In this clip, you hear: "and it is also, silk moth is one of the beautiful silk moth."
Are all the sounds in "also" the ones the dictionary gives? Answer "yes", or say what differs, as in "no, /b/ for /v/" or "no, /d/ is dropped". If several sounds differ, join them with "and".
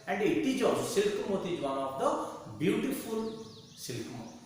no, /l/ is dropped